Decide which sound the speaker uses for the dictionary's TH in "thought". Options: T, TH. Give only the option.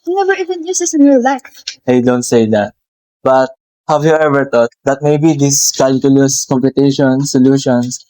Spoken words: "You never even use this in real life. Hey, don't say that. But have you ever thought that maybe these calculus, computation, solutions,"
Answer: T